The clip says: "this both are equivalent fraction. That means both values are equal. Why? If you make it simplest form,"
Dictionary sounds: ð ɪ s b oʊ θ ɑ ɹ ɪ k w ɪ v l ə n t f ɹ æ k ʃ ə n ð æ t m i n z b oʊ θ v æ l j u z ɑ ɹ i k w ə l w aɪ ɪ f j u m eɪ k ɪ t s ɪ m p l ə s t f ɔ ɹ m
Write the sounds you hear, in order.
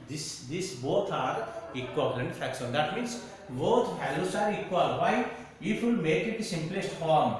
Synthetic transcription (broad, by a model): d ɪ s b oʊ t ɑ ɹ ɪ k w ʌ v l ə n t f æ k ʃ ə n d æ t m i n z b oʊ t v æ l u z ɑ ɹ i k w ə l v aɪ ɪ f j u m eɪ k ɪ t s ɪ m p l ə s t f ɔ ɹ m